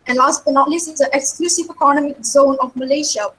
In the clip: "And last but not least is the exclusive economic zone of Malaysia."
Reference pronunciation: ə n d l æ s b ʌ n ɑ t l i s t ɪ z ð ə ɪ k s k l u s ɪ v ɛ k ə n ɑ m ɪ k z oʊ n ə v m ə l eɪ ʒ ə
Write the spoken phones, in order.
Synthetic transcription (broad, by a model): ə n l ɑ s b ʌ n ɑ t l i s ɪ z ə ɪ k s k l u s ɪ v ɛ k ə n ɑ m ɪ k z oʊ n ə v m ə l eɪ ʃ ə